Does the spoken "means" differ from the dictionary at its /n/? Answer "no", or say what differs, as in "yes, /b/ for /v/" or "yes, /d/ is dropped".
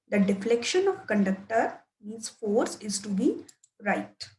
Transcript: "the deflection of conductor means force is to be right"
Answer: yes, /n/ is dropped